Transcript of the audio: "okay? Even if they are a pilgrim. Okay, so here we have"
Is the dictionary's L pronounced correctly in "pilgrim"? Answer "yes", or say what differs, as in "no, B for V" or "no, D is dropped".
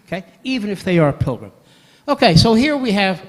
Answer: yes